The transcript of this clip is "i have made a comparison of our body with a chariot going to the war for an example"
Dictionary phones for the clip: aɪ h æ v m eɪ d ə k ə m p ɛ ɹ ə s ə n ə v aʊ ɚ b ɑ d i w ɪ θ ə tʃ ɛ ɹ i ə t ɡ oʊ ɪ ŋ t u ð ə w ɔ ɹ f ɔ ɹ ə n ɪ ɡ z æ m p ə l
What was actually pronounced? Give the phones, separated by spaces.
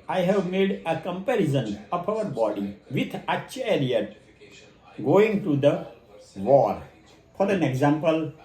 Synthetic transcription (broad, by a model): aɪ h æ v m eɪ d ə k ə m p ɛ ɹ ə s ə n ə p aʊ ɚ b ɑ d i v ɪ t ə tʃ ɛ ɹ i ə t ɡ oʊ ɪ ŋ t u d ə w ɔ ɹ f ɔ ɹ ə n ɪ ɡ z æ m p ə l